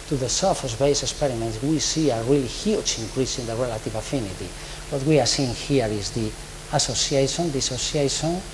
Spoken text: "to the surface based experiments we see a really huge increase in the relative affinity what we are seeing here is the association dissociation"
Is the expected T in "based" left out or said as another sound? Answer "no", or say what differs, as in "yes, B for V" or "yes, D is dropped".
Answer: yes, T is dropped